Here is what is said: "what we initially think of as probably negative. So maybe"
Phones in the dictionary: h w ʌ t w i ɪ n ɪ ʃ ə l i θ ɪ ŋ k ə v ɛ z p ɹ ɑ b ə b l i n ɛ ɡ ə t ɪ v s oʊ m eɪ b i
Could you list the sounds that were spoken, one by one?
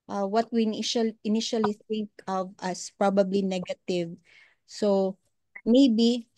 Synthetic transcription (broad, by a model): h w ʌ t w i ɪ n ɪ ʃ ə l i θ ɪ ŋ k ə v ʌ s p ɹ ɑ b ə b l i n ɛ ɡ ə t ɪ v s oʊ m eɪ b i